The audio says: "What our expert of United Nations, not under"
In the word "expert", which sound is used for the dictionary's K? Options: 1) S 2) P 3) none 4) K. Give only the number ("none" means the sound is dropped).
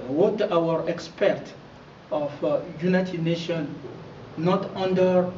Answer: 4